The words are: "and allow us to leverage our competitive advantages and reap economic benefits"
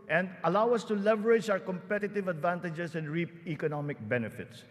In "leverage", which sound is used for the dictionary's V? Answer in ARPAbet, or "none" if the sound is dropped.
V